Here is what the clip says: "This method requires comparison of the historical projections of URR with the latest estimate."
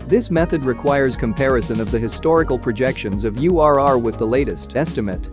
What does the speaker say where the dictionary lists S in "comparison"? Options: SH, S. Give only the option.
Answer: S